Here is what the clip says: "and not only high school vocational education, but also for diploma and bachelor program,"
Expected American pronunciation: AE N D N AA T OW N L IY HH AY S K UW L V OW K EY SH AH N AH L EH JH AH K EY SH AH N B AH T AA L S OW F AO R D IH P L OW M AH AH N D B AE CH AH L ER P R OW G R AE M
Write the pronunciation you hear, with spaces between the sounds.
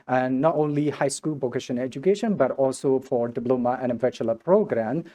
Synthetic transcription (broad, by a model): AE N D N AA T OW N L IY HH AY S K UW L P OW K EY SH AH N EH JH AH K EY SH AH N B AH T AA L S OW F AO R D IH B L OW M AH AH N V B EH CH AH L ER P R OW G R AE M